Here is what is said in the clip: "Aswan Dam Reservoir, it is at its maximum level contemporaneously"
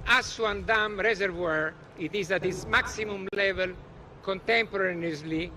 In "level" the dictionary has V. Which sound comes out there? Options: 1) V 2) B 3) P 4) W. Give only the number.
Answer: 1